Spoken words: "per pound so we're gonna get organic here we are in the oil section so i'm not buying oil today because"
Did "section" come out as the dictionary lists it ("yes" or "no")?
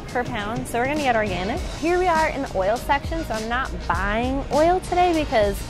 yes